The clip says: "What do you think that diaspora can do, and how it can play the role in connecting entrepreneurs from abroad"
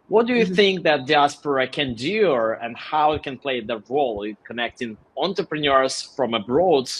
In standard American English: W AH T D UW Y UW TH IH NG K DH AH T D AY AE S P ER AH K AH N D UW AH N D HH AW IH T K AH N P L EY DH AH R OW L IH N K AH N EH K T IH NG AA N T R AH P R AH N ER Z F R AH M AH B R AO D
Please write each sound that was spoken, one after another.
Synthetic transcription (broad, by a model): W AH T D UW Y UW TH IH NG K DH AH T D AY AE S P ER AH K AH N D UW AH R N HH AW IH T K AH N P L EY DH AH R OW L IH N K AH N EH K T IH NG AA N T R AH P R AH N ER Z F R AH M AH B R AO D